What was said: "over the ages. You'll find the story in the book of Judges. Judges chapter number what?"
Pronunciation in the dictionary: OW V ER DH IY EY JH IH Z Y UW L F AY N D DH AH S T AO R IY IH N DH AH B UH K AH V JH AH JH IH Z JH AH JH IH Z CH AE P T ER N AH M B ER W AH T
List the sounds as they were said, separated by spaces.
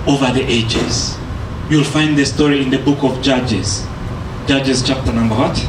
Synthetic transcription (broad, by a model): OW V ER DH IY EY JH IH Z Y UW L F AY N D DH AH S T AO R IY IH N DH AH B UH K AH V JH AH JH IH Z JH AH JH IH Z CH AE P T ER N AH M B ER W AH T